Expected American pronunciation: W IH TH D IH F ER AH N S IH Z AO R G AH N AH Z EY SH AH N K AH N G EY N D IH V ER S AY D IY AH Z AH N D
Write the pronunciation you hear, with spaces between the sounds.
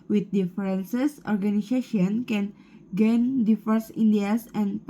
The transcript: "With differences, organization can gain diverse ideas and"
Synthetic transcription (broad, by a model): W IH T D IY F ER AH N S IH S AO R G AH N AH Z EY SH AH N K AH N G EY N D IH F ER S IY D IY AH S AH N